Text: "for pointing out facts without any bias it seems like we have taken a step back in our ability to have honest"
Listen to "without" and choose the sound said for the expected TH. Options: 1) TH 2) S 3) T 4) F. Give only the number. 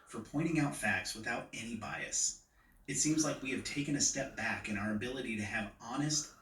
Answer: 1